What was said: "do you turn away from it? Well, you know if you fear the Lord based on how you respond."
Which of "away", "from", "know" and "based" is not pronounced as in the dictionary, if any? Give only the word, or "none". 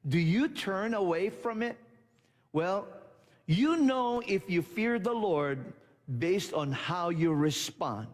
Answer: none